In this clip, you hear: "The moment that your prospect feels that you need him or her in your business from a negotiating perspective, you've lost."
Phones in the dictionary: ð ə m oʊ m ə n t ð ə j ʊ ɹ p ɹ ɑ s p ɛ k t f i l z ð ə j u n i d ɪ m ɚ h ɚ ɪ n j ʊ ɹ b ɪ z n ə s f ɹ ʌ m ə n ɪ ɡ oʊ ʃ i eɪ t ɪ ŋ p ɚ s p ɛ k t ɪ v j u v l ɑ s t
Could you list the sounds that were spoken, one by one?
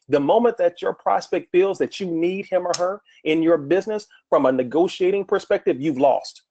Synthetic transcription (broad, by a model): ð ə m oʊ m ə n ð ə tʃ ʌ ɹ p ɹ ɑ s p ɛ k t f i l z ð ə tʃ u n i d ɪ m ɚ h ɚ ɪ n j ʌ ɹ b ɪ z n ə s f ɹ ʌ m ə n ɪ ɡ oʊ ʃ i eɪ t ɪ ŋ p ɚ s p ɛ k t ɪ v j u v l ɑ s t